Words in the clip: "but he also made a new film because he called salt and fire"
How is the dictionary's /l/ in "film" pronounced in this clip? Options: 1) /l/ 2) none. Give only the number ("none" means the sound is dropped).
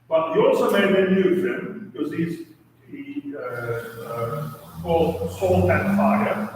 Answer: 2